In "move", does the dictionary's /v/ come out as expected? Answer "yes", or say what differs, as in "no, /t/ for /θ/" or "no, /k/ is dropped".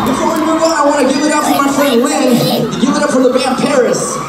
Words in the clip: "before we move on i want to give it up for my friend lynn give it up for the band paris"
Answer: no, /v/ is dropped